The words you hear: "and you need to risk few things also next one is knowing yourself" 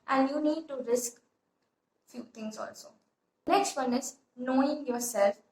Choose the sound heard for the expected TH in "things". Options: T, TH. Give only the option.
T